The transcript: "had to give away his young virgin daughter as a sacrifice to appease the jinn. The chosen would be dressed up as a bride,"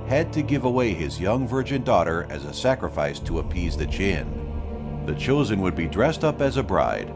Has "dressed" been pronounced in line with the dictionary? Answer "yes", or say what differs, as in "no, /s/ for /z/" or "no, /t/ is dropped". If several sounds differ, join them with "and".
yes